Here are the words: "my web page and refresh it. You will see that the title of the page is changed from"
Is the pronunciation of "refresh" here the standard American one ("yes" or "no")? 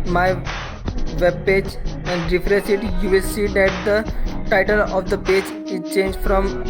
no